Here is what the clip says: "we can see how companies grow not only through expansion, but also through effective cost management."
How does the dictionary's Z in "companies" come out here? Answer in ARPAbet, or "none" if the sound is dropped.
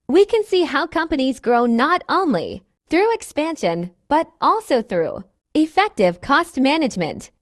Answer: Z